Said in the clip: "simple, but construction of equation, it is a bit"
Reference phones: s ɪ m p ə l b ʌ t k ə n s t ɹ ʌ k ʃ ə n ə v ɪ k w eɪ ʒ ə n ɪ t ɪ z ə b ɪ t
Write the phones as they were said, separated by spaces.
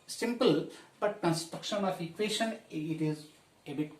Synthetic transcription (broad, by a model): s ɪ m p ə l b ʌ t k ə n s t ɹ ʌ k ʃ ə n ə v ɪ k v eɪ ʃ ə n ɪ t ɪ z ə b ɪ t